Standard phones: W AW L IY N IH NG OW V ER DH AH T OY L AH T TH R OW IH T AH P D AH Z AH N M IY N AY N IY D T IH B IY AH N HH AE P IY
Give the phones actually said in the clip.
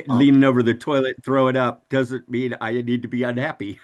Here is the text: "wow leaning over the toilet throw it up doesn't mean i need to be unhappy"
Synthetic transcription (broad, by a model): L IY N IH NG OW V ER DH AH T OY L AH T TH R OW IH T AH P D AH Z AH N M IY N AY N IY D T IH B IY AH N HH AE P IY